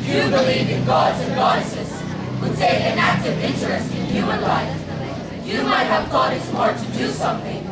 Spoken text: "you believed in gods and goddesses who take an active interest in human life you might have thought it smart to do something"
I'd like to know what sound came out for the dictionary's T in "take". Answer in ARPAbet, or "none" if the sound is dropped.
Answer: S